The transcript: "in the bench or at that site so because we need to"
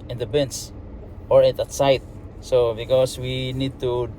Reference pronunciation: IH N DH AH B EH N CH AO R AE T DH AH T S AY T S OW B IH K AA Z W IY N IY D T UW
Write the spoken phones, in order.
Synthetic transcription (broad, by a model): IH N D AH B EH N S AO R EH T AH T S AY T S OW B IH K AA S W IY N IY D T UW